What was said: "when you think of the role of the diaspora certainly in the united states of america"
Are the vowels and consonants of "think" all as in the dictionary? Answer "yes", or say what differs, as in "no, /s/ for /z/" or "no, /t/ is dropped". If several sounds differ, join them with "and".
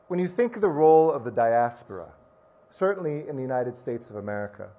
yes